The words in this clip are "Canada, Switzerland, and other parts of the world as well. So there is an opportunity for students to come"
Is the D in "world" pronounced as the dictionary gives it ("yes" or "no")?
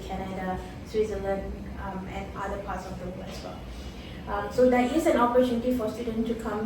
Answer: no